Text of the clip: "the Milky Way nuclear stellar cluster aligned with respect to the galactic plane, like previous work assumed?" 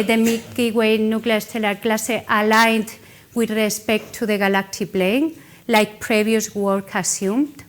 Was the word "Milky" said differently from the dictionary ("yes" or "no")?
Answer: yes